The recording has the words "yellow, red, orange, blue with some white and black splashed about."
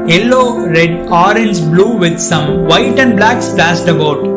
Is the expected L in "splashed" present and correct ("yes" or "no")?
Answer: no